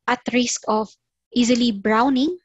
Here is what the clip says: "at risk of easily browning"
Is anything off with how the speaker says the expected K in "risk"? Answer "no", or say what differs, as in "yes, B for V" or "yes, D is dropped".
no